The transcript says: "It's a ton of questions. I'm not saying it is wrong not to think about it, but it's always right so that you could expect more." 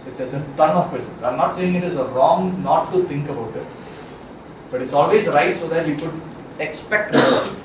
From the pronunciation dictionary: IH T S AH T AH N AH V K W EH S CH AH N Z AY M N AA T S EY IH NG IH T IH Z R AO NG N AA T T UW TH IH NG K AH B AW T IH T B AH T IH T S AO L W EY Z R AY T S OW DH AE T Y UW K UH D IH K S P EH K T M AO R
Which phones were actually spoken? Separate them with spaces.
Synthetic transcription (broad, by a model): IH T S AH T AH N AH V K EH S AH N S AY M N AA T S EY IH NG IH T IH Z R AO NG N AA T T UW T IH NG K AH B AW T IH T B AH T IH T S AO L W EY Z R AY T S OW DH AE T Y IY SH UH D IH K S P EH K T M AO